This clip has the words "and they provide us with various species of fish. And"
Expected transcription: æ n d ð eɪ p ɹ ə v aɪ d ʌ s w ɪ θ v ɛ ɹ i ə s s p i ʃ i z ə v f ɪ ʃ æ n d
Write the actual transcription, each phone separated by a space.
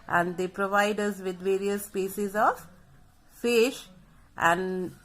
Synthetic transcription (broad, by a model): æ n d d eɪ p ɹ ə v aɪ d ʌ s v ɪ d v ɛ ɹ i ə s s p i s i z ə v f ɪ ʃ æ n d